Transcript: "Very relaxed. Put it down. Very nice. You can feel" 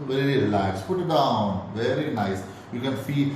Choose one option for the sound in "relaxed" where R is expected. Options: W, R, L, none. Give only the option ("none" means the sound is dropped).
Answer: L